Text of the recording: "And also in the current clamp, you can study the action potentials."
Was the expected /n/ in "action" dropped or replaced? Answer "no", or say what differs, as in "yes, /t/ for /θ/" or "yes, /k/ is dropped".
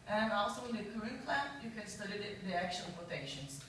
yes, /l/ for /n/